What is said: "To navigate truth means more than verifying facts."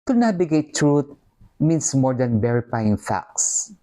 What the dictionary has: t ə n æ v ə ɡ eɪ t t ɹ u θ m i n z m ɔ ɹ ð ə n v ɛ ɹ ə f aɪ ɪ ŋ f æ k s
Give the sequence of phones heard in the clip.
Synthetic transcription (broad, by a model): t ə n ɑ b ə ɡ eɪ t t ɹ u t m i n s m ɔ ɹ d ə n b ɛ ɹ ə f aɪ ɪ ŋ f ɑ k s